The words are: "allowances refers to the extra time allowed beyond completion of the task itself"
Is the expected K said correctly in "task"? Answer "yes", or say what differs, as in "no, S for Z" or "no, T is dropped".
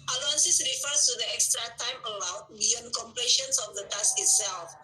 no, K is dropped